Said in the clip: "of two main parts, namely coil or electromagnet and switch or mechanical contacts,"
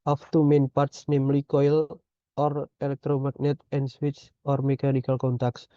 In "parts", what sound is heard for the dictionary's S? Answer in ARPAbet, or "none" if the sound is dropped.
S